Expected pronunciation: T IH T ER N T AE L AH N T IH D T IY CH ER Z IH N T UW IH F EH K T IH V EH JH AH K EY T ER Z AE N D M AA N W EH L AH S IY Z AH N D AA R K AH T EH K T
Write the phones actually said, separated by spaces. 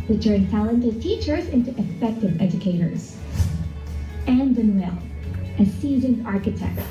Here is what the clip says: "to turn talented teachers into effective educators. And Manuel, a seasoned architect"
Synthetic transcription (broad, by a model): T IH T ER N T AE L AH N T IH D T IY CH ER Z IH N T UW IH F EH K T IH V EH JH AH K EY T ER Z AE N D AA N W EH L AH S IY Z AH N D AA R K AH T EH K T